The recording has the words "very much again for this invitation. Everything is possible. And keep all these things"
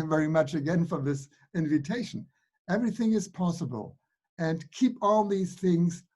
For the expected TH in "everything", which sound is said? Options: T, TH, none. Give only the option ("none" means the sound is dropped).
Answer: TH